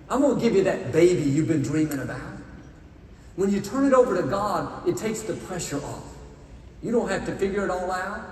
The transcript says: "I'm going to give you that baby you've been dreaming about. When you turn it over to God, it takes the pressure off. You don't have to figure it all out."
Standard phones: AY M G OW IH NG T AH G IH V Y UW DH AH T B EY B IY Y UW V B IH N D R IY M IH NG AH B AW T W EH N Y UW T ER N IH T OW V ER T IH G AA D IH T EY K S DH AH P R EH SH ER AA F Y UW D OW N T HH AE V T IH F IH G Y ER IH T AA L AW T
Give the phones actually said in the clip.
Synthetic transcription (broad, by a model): AY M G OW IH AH G IH V Y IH DH AH T B EY B IY Y UW V B IH N D R IY M IH NG AH B AW T W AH N Y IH T ER N IH T OW V ER T IH G AA D IH T EY K S DH AH P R EH SH ER AA F Y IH D OW N T HH AE F T IH F IH G Y ER IH T AA L AW T